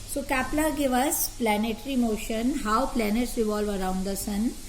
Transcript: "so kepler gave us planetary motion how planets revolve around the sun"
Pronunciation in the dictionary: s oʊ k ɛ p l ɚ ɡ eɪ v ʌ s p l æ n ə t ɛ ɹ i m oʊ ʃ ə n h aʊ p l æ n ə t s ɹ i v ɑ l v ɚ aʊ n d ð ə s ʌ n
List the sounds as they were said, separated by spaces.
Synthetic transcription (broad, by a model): s oʊ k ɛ p l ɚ ɡ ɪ v ʌ s p l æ n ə t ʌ ɹ i m oʊ ʃ ə n h aʊ p l æ n ə t s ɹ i v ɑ l v ɚ aʊ n d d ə s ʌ n